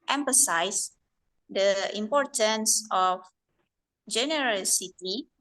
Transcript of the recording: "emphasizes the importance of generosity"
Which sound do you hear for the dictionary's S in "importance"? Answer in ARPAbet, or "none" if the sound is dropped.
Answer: S